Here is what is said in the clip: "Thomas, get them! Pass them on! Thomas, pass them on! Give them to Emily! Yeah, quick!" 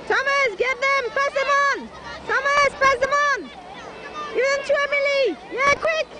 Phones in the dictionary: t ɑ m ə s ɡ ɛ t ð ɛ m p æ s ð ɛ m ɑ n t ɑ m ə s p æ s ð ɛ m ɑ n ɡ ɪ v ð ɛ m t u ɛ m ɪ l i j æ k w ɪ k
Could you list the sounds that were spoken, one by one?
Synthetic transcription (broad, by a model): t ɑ m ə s ɡ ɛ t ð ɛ m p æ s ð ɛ m ɑ n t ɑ m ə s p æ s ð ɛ m ɑ n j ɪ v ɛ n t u ɛ m ɪ l i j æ k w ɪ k